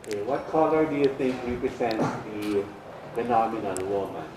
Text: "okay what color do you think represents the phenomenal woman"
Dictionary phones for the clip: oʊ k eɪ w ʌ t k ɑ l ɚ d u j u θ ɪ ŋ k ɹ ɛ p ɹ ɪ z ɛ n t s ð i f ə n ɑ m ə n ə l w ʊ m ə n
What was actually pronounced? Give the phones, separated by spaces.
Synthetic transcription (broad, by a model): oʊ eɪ w ʌ t k ɑ l ɚ d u j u θ ɪ ŋ k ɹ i p ɹ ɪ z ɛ n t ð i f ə n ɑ m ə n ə n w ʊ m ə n